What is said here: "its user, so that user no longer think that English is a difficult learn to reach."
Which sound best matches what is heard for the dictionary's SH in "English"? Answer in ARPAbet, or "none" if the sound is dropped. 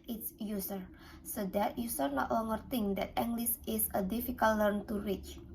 S